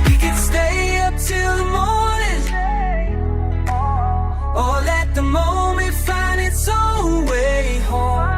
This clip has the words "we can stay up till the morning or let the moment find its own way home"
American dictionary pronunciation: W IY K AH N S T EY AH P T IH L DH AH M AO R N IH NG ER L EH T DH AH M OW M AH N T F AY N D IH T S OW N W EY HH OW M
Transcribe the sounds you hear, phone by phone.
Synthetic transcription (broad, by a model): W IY K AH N S T EY AH P T IH L DH AH M AO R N IH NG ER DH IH T DH AH M OW M AH N T F AY N D IH T S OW L W EY HH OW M